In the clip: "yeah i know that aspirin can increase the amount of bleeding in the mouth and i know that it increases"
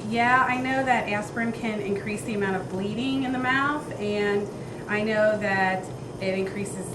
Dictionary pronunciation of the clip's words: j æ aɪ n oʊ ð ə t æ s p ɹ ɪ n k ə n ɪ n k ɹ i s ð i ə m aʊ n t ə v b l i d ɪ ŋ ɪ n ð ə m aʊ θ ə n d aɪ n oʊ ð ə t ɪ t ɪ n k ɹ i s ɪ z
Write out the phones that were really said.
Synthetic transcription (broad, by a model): j æ aɪ n oʊ ð ə t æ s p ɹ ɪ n k ə n ɪ n k ɹ i s ð i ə m aʊ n t ə v b l i d ɪ ŋ ɪ n ð ə m aʊ θ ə n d aɪ n oʊ ð ə t ɪ t ɪ n k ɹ i s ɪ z